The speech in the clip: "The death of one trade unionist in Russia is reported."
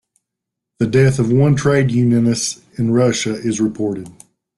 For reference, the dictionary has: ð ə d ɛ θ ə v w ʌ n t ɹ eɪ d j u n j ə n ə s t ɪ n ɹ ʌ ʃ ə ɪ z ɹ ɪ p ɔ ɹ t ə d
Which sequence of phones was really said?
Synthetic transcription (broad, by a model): ð ə d ɛ θ ə v w ʌ n t ɹ eɪ d j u n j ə n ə s ɪ n ɹ ʌ ʃ ə ɪ z ɹ ɪ p ɔ ɹ t ə d